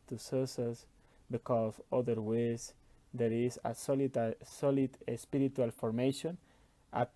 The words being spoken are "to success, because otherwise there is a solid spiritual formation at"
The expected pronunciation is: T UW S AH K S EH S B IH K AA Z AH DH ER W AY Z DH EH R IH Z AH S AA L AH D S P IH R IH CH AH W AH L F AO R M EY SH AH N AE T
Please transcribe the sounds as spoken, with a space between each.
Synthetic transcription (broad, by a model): T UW S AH S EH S B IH K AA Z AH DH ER W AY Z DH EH R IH S AH S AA L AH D S P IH R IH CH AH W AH L F AO R M EY SH AH N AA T